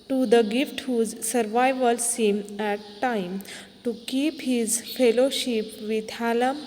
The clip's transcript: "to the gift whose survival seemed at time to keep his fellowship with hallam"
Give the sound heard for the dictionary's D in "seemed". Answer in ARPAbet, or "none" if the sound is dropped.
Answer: none